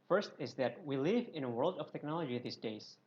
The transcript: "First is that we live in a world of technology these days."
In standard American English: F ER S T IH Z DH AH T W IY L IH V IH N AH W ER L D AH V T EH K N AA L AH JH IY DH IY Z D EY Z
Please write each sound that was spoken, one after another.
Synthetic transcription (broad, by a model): F ER S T IH Z DH AH T W IY L IH V IH N AH W ER L D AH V T EH K N AA L AH JH IY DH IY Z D EY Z